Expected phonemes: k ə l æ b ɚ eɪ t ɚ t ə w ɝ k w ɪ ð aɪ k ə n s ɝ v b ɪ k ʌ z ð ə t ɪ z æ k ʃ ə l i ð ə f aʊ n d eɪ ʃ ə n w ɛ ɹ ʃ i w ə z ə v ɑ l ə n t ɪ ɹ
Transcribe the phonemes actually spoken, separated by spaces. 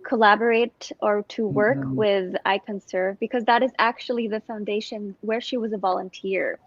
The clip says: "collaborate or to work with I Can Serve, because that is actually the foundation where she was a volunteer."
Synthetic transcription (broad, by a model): k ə l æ b ɚ eɪ t ɚ t ə w ɝ k w ɪ ð aɪ k ə n s ɝ v b ɪ k ʌ z ð ə t ɪ z æ k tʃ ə l i ð ə f aʊ n d eɪ ʃ ə n w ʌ ɹ ʃ i w ə z ə v ɑ l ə n t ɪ ɹ